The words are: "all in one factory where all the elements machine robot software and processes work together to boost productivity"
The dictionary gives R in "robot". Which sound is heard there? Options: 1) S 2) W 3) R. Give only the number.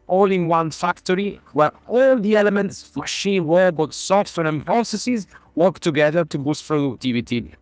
2